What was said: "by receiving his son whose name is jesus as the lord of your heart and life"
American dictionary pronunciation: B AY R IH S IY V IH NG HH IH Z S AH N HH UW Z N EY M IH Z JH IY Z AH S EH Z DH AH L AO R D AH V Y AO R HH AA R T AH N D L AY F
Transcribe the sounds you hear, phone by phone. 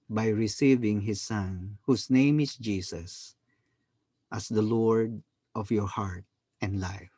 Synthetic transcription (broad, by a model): B AY R IH S IY V IH NG HH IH S AH N HH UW S N EY M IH S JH IY S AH S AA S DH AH L AO R D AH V Y AO R HH AA R T AH N D L AY F